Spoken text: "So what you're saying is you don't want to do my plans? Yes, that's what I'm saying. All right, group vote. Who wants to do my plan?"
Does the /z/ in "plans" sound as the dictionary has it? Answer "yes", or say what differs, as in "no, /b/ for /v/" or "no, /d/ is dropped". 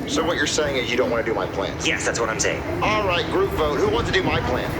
no, /z/ is dropped